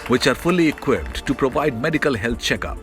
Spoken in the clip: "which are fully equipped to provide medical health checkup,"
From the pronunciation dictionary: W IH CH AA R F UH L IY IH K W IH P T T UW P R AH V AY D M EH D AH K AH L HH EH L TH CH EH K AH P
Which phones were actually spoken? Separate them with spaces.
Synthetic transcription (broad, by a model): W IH CH AA R F UH L IY IH K W IH P T T UW P R AH V AY D M EH D AH K AH L HH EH L T CH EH K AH P